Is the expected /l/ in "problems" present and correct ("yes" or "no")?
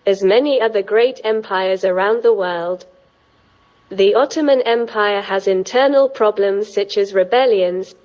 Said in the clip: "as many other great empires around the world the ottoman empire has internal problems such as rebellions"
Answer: yes